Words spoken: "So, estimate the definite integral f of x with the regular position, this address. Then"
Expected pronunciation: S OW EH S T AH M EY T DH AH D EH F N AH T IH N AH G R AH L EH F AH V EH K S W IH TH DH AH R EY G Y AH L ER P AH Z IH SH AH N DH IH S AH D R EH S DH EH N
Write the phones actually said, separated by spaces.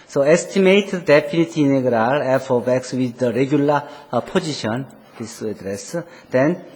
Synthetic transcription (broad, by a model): S OW EH S T AH M EY T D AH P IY N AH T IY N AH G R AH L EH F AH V EH K S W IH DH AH R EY G Y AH L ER P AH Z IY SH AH N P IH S AH D R EH S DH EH N